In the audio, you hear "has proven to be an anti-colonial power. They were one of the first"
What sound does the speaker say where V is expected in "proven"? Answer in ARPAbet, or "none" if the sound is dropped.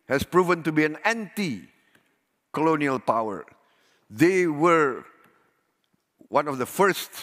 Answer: V